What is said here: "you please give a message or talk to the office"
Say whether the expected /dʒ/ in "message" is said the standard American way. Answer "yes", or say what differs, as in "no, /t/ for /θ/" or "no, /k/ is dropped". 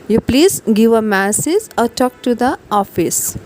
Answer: no, /z/ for /dʒ/